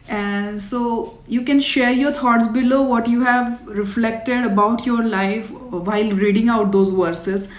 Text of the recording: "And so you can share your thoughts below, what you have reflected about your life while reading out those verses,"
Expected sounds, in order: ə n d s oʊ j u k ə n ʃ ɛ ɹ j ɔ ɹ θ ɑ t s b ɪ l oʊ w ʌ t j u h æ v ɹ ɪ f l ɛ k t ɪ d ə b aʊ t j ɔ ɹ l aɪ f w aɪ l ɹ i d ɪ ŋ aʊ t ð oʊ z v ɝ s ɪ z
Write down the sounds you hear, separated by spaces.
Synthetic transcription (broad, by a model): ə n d s oʊ j u k ə n ʃ ɛ ɹ j ɔ ɹ t ɑ t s b ɪ l oʊ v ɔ t j u h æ v ɹ ɪ f l ɛ k t ɪ d ə b aʊ t j ɔ ɹ l aɪ f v aɪ l ɹ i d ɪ ŋ aʊ t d oʊ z v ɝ s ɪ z